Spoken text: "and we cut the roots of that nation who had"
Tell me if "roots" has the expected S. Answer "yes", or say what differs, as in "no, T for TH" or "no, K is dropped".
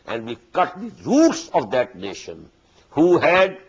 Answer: yes